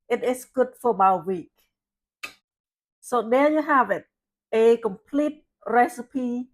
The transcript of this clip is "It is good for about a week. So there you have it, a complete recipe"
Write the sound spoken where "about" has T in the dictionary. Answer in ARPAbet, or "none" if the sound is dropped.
none